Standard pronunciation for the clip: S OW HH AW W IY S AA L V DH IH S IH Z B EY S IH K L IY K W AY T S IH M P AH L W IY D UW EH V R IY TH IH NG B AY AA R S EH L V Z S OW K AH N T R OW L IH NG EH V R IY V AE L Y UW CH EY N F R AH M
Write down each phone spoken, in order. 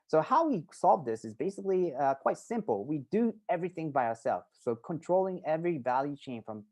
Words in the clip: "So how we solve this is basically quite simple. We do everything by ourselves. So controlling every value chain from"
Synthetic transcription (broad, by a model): S OW HH AW W IY S AA L V DH IH S IH Z B EY S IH K L IY K W AY T S IH M P L W IY D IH EH V R IY TH IH NG B AY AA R S EH L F S OW K AH N T R OW L IH NG EH V R IY V AE L Y UW CH EY N F R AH M